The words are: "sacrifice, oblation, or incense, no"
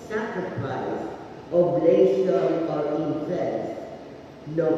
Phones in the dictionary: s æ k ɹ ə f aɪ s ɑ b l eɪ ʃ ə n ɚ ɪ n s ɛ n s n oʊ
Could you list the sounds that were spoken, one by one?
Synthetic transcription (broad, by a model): s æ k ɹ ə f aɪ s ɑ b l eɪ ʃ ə ɚ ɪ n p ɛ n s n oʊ